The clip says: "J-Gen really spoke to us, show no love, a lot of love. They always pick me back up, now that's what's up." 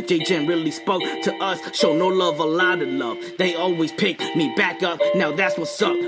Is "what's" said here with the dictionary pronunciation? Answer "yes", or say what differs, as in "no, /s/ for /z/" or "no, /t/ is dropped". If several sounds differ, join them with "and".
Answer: yes